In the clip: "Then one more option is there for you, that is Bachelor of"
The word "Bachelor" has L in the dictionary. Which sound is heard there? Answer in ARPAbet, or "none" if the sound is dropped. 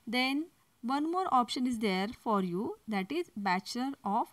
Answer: none